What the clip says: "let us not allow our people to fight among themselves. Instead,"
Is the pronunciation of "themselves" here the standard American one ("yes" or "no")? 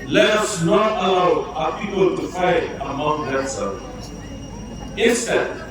no